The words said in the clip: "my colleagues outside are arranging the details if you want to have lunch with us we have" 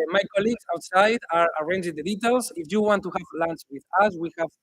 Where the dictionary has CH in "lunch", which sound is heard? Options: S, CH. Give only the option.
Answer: S